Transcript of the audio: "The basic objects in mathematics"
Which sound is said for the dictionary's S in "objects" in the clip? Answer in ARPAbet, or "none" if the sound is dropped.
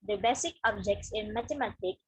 S